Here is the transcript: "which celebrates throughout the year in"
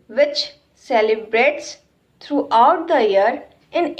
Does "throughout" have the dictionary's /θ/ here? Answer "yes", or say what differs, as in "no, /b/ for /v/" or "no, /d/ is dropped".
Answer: no, /t/ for /θ/